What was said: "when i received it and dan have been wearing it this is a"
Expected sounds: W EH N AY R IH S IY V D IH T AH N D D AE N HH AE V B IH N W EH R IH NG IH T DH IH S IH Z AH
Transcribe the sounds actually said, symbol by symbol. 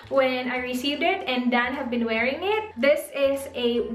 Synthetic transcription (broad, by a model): W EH N AY R IH S IY V D IH T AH N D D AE N HH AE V B IH N W EH R IH NG IH T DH IH S IH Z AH